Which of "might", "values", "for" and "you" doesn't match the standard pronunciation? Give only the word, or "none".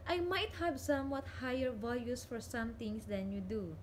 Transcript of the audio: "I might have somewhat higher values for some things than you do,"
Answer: values